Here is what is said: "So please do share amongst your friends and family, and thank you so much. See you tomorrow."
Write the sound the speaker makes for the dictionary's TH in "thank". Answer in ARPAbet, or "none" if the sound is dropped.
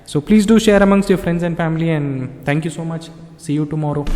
T